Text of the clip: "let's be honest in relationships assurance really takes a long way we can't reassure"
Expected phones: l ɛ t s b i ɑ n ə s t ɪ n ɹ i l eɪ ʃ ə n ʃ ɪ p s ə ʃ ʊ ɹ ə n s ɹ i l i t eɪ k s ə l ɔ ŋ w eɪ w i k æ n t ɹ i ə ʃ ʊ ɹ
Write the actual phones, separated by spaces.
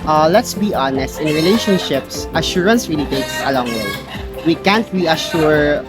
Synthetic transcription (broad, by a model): l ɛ t s b i ɑ n ə s t ɪ n ɹ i l eɪ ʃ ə n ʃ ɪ p s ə ʃ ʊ ɹ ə n s ɹ i l i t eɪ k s ə l ɔ ŋ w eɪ w i k æ n t ɹ i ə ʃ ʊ ɹ